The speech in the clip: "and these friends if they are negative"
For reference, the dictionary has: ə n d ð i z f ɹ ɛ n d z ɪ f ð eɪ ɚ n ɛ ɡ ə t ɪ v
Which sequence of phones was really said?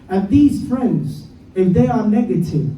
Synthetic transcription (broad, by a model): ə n ð i z f ɹ ɛ n d z ɪ f ð eɪ ɚ n ɛ ɡ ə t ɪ v